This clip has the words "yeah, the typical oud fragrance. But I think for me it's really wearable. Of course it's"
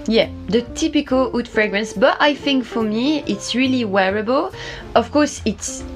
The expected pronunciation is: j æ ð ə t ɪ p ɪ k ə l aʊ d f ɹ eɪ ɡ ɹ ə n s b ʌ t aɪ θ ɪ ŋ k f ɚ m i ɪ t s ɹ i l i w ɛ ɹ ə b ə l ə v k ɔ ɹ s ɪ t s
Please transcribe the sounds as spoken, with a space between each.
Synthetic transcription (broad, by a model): j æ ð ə t ɪ p ɪ k ə l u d f ɹ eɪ ɡ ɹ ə n s b ʌ t aɪ θ ɪ ŋ k f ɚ m i ɪ t s ɹ i l i w ɛ ɹ ə b ə l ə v k ɔ ɹ s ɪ t s